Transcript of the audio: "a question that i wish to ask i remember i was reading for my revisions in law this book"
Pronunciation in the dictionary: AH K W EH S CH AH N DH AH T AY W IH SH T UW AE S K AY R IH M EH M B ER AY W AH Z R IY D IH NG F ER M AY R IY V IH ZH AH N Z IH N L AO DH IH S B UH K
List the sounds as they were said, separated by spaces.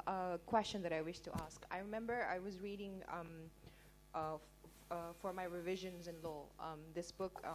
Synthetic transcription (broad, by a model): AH K W EH S CH AH N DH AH T AY W IH SH T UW AE S K AY R IH M EH M B ER AY W AH Z R IY D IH NG F ER M AY R IY V IH ZH AH N Z IH N L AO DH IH S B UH K